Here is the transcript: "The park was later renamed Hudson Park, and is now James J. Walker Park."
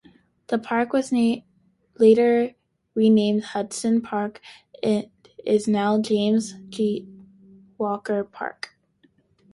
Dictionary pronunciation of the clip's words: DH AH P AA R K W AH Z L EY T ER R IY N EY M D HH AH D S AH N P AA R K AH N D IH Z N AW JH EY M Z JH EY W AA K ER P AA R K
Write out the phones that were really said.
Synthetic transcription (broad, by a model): DH AH P AA R K W AH Z L EY T ER R IY N EY M D HH AH D S AH N P AA R K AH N IH Z N AW JH EY M Z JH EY W AA K ER P AA R K